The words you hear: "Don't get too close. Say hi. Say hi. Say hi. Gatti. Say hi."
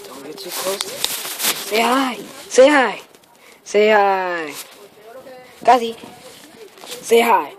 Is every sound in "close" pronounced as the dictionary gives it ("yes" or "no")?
no